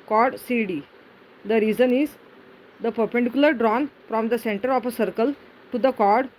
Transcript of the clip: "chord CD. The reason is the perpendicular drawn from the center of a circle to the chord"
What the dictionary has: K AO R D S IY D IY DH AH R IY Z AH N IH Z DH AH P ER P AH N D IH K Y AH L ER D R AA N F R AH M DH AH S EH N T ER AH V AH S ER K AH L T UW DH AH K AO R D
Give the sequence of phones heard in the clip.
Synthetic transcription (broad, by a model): K AO R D S IY D IY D AH R IY Z AH N IH Z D AH P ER P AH N D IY K Y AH L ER D R AA N F R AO M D AH S EH N T ER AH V AH S ER K AH L T UW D AH K AO R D